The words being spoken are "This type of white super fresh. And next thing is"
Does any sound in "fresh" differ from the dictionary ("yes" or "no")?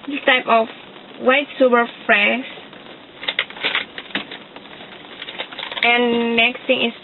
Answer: yes